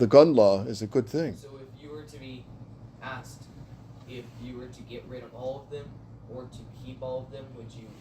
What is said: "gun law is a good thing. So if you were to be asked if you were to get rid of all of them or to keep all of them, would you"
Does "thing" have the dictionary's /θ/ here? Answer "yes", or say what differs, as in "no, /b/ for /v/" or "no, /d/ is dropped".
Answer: yes